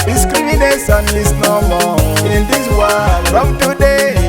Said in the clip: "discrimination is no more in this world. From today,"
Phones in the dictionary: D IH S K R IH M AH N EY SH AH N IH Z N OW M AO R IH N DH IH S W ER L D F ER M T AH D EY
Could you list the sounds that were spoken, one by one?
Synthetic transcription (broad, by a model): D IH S K R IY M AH N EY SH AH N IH S N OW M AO IH N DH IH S W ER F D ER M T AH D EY